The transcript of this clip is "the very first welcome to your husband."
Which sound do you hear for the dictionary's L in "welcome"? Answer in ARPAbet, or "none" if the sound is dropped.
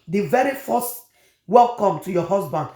L